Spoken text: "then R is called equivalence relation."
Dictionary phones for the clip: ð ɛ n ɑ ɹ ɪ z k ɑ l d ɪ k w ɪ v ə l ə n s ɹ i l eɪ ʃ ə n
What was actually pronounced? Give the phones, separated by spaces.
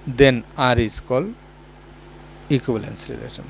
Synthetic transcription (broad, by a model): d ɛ n ɑ ɹ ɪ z k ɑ l ɪ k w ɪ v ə l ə n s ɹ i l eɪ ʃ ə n